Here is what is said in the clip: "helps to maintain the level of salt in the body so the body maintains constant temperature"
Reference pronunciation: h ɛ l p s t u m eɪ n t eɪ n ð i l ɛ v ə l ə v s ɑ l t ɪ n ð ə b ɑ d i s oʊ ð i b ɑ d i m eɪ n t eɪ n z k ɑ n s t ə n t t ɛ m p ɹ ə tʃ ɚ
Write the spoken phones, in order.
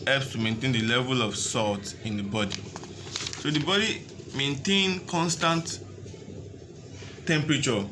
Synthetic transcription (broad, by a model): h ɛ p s t u m eɪ n t eɪ n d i l ɛ v ə l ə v s ɑ l t ɪ n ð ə b ɑ d i s oʊ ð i b ɑ d i m eɪ n t eɪ n k ɑ n s t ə n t t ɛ m p ɹ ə tʃ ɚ